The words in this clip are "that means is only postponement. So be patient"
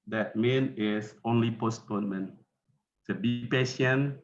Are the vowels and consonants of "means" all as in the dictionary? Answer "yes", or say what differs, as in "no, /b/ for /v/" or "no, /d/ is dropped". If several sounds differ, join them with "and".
no, /z/ is dropped